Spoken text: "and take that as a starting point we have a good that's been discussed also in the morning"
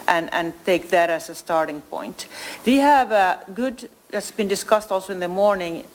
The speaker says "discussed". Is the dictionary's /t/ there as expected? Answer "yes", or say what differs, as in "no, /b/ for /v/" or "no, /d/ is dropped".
yes